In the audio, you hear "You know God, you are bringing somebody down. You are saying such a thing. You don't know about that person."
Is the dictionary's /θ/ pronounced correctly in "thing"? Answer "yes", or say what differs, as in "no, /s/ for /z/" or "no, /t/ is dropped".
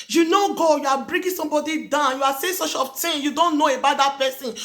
no, /f/ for /θ/